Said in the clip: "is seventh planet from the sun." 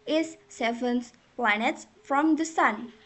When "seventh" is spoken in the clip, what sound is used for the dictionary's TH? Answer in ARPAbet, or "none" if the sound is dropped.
S